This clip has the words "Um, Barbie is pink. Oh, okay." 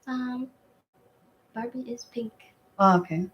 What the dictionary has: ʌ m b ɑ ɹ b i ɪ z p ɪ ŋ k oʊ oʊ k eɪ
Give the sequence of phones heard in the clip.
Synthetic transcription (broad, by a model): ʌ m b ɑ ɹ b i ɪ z p ɪ ŋ k oʊ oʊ k eɪ